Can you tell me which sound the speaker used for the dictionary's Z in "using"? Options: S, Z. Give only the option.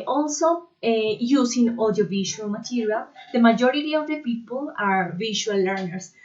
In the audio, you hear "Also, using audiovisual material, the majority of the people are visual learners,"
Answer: S